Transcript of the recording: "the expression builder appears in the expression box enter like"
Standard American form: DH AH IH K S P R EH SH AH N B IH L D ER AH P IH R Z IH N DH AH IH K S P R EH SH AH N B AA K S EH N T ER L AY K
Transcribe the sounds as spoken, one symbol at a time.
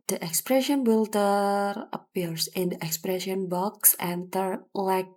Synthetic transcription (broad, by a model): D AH IH K S P R EH SH AH N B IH L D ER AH P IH R S IH N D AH IH K S P R EH SH AH N B AA K S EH N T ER L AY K